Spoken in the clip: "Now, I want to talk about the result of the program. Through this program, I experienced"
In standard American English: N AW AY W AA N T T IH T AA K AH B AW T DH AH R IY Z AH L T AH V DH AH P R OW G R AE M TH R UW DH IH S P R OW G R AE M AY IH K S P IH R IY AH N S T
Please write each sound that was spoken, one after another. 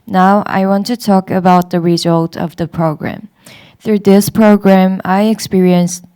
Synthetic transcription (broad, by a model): N AW AY W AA N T T IH T AA K AH B AW T DH AH R IY Z AH L T AH V DH AH P R OW G R AE M TH R UW DH IH S P R OW G R AE M AY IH K S P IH R IY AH N S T